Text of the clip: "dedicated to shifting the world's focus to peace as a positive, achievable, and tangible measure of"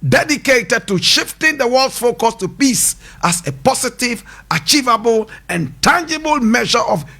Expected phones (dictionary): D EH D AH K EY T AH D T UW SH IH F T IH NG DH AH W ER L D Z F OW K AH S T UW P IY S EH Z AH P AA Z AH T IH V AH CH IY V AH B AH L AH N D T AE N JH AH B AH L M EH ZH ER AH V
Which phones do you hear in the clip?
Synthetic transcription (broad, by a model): D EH D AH K EY T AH D T UW SH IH F T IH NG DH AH W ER L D F OW K AH S T UW P IY S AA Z AH P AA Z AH T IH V AH CH IY V AH B AH L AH N T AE N JH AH B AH L M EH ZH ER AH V